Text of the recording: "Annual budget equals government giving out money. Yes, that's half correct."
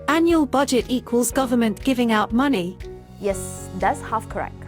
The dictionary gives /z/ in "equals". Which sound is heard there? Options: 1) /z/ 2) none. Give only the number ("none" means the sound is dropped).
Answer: 1